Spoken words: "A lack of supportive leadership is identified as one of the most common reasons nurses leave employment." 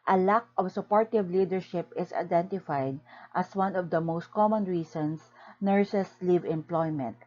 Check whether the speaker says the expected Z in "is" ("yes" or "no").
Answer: no